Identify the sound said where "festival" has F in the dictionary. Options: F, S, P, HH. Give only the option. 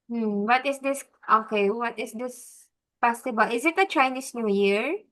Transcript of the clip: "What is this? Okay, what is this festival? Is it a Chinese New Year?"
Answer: P